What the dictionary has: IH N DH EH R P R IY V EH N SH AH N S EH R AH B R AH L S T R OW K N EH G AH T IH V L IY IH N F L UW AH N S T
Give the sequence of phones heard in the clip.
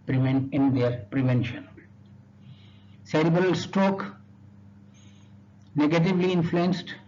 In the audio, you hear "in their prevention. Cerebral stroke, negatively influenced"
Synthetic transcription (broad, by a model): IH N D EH R P R IY V EH N SH AH N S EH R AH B AH L S T OW K N EH G AH T IH V L IY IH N F L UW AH N S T